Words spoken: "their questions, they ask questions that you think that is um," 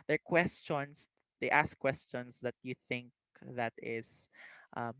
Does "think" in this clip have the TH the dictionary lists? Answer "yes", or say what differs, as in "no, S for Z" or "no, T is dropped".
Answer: yes